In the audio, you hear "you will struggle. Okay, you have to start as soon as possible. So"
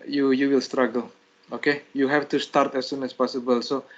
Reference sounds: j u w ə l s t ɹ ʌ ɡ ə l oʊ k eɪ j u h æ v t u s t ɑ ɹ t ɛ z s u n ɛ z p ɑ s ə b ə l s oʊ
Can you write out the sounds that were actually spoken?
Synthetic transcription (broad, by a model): j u w ə l s t ɹ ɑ ɡ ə l oʊ k eɪ j u h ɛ f t u s t ɑ ɹ t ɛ s u n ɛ s p ɑ s ə b ə l s oʊ